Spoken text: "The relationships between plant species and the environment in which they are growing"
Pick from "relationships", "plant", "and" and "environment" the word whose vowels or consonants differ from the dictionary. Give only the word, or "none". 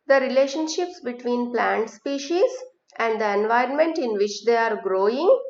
none